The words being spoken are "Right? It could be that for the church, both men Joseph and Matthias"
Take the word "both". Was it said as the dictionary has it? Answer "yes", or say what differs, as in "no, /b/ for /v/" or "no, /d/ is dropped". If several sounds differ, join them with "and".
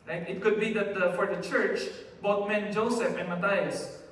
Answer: no, /t/ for /θ/